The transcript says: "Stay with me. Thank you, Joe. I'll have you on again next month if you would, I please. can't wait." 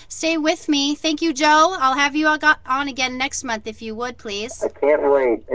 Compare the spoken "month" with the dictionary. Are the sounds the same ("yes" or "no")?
yes